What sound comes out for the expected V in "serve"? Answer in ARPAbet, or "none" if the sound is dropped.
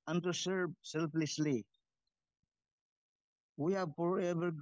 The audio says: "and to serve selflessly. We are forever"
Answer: B